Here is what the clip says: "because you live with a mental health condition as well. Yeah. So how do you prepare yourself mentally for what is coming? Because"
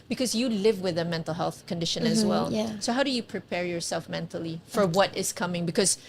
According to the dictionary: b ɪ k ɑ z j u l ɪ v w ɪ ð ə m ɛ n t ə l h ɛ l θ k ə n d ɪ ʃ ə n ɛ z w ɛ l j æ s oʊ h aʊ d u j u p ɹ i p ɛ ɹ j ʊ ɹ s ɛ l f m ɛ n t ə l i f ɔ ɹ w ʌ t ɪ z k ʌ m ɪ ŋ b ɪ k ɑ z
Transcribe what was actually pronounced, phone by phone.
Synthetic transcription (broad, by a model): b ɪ k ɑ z j u l ɪ v w ɪ ð ə m ɛ n t ə l h ɛ l θ k ə n d ɪ ʃ ə n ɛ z w ɛ l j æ s oʊ h aʊ d u j u p ɹ i p ɛ ɹ j ʊ ɹ s ɛ l f m ɛ n t ə l i f ɔ ɹ w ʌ t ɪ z k ʌ m ɪ ŋ b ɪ k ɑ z